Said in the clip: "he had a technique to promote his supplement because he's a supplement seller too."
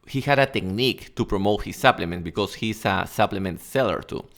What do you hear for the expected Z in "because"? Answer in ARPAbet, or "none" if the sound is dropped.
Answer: S